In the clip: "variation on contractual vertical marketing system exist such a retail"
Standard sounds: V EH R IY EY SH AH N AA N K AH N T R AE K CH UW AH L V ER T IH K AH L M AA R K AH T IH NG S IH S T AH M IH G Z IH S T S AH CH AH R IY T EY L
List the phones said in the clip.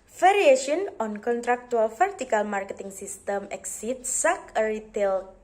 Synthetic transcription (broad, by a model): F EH R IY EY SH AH N AA N K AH N T R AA K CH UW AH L F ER T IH K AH L M AA R K AH T IH NG S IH S T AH M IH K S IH T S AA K AH R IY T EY L